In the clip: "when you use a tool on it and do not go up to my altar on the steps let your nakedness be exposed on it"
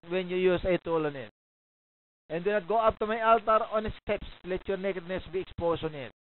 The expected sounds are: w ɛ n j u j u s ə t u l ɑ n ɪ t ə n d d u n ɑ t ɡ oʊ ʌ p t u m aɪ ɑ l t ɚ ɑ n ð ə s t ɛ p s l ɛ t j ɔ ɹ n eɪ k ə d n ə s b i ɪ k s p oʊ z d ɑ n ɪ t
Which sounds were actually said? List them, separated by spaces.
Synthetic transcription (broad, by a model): w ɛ n j u j u s ə t u l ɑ n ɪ t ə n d d u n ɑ t ɡ oʊ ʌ p t u m aɪ ɑ l t ɚ ɑ n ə s t ɛ p s l ɛ t j ɔ ɹ n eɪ k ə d n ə s b i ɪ k s p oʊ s ɑ n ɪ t